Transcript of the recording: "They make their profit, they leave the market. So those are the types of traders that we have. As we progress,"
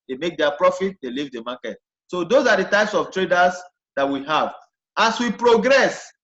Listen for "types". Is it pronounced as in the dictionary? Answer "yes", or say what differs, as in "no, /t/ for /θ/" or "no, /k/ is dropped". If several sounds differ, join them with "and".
yes